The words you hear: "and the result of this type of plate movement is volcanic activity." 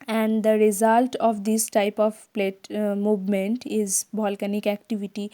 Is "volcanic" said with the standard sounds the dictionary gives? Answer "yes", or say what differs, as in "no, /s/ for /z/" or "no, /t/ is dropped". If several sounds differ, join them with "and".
no, /b/ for /v/